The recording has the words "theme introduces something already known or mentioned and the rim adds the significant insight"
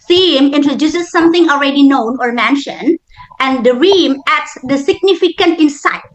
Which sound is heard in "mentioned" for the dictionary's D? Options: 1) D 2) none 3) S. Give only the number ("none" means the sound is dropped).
1